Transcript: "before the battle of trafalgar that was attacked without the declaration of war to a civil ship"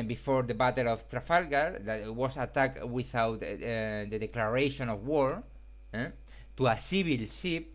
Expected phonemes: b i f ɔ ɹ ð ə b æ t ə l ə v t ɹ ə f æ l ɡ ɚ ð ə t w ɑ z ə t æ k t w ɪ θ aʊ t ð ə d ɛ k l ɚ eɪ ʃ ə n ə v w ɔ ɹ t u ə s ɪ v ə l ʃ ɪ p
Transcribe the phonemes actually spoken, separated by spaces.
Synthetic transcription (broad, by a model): b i f ɔ ɹ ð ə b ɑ t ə l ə f t ɹ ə f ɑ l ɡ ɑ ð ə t w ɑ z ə t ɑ k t w ɪ θ aʊ t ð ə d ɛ k l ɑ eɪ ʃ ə n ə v w ɔ ɹ t u ə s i b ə l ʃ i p